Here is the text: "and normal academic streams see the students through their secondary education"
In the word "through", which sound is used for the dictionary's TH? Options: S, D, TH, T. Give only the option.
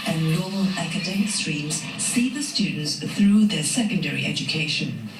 TH